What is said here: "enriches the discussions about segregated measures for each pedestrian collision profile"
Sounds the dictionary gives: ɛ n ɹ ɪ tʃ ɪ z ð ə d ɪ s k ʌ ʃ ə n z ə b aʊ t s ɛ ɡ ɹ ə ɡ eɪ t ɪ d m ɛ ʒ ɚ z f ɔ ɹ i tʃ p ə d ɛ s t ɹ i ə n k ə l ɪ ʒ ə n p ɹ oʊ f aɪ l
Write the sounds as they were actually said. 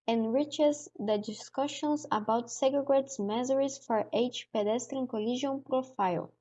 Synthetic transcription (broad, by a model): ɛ n ɹ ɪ tʃ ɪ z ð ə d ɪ s k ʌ ʃ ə n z ə b aʊ t s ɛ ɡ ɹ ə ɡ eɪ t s m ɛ z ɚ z f ɔ ɹ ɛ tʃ p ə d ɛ s t ɹ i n k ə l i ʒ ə n p ɹ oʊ f aɪ l